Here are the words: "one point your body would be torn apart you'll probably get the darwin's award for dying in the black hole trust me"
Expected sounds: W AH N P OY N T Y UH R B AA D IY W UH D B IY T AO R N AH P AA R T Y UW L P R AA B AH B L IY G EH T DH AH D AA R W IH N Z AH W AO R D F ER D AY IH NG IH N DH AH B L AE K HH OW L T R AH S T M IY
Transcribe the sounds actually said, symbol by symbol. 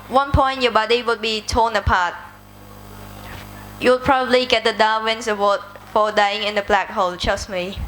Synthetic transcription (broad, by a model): W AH N P OY N T Y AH B AA D IY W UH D B IY T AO N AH P AA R T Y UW W P R AA B AH B L IY G EH T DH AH D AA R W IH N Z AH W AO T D F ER D AY IH NG IH N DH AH B L AE K HH OW L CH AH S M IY